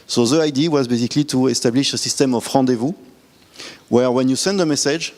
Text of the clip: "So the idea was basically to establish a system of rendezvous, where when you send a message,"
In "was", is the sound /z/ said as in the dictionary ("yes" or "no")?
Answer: yes